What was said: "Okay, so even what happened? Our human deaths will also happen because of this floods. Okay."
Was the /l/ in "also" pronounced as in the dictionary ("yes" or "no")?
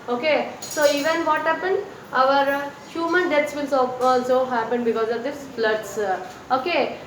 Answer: no